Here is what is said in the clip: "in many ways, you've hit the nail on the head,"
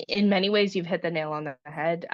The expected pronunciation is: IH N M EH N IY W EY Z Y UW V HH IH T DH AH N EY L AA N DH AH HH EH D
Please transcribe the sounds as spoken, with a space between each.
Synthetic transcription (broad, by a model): IH N M EH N IY W EY Z Y UW V HH IH T DH AH N EY L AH N DH AH HH EH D